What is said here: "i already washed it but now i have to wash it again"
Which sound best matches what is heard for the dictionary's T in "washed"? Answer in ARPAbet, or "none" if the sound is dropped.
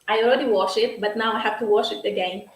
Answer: none